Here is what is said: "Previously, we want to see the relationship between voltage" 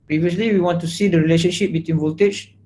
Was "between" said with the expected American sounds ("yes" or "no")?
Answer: yes